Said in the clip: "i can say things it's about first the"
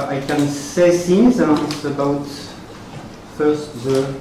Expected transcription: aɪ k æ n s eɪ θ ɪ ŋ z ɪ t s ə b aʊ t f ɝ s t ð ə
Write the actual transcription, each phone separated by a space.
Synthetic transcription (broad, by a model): aɪ k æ n s eɪ s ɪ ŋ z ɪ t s ə b aʊ t f ɝ s t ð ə